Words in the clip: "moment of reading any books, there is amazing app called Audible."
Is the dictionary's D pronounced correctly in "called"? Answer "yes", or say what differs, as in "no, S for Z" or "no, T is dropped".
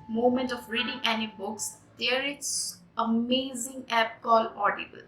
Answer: no, D is dropped